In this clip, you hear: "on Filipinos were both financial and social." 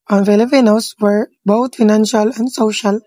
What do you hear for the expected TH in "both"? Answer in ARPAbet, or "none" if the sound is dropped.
T